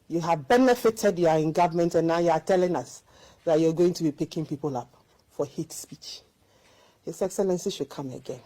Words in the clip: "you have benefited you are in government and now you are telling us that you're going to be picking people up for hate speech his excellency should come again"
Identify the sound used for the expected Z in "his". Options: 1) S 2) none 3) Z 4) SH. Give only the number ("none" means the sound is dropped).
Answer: 1